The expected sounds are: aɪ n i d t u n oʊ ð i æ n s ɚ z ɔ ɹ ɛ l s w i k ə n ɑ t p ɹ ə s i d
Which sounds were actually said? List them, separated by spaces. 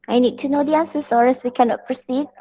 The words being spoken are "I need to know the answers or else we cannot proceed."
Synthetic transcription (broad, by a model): aɪ n i d t u n oʊ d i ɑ n s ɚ s ɔ ɹ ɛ s w i k ə n ɑ t p ɹ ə s i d